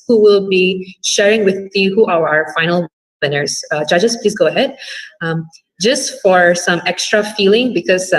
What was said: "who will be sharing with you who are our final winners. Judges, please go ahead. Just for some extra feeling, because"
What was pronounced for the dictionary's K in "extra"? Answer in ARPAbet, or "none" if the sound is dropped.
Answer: K